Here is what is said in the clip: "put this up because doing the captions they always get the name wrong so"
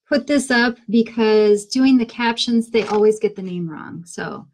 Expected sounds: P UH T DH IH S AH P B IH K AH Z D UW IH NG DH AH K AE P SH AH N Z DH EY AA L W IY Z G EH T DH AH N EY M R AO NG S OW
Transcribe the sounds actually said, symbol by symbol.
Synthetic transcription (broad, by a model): P UH T DH IH S AH P B IH K AH Z D UW IH NG DH AH K AE P SH AH N Z DH EY AA L W IY Z G EH T DH AH N EY M R AO NG S OW